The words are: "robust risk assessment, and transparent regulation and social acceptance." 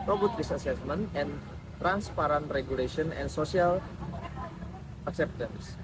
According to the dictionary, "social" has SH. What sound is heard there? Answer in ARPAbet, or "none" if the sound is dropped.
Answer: S